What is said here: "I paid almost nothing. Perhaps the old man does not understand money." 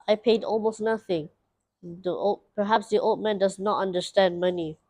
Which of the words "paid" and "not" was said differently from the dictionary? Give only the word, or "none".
none